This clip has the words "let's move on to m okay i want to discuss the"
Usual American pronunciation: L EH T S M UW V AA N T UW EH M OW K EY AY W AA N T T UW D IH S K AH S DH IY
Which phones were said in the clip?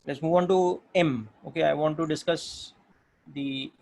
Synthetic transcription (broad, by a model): L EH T S M UW V AA N T UW EH M OW K EY AY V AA N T T UW D IH S K AH S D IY